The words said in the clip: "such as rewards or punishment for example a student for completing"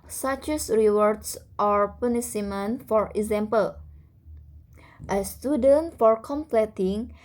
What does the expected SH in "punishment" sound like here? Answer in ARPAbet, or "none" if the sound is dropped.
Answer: S